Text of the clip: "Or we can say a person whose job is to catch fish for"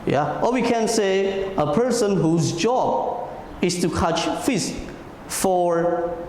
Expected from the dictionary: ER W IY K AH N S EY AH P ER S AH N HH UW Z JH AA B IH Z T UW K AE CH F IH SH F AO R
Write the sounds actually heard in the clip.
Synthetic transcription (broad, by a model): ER W IY K AH N S EY AH P ER S AH N HH UW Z JH AA B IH S T UW K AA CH F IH S F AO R